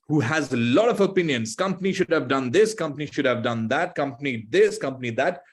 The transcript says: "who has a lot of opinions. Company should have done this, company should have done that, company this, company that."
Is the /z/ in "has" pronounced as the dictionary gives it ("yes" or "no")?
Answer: yes